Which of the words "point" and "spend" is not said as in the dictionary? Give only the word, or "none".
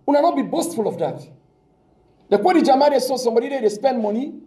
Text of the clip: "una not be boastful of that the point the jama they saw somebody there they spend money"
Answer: point